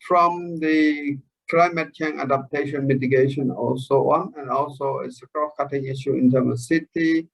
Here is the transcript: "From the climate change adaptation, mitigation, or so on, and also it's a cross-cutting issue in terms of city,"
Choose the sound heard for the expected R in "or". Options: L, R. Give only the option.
L